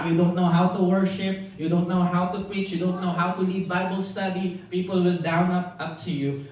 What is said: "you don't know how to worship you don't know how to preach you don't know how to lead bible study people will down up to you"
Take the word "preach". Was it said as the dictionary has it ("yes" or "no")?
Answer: yes